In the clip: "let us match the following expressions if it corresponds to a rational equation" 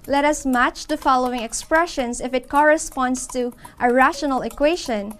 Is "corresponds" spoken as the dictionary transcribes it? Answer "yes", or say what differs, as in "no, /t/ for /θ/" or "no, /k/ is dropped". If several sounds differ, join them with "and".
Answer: no, /s/ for /z/